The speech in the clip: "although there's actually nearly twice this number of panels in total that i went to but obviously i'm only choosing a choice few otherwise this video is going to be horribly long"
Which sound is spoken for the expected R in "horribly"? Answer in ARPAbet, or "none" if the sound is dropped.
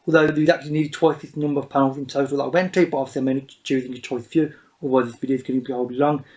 none